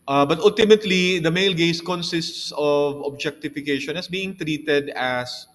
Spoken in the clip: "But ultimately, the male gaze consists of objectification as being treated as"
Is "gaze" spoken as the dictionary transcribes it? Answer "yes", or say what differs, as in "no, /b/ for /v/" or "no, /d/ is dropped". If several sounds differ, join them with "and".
no, /s/ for /z/